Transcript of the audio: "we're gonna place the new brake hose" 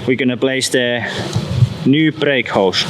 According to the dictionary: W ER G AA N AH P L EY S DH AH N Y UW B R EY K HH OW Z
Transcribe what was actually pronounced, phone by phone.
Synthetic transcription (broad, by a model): W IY G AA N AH B L EY S DH AH N Y UW B R EY K HH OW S